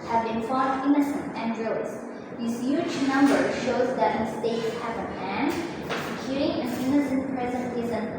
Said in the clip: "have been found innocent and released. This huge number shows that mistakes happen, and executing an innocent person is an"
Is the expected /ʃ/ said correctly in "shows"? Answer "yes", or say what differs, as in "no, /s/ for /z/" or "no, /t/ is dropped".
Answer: yes